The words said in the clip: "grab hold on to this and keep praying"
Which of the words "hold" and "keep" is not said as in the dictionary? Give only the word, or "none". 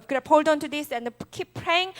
none